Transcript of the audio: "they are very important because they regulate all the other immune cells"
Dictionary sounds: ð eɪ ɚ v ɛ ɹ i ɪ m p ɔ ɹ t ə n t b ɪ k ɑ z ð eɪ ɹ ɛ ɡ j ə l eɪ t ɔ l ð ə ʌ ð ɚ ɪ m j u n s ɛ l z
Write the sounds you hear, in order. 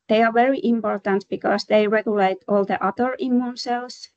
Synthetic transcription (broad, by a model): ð eɪ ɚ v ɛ ɹ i ɪ m p ɔ ɹ t ə n t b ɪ k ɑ s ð eɪ ɹ ɛ ɡ j ə l eɪ t ɔ l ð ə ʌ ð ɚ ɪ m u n s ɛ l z